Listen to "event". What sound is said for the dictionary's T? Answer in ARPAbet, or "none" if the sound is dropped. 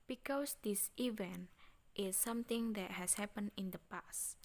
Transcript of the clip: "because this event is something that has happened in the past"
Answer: T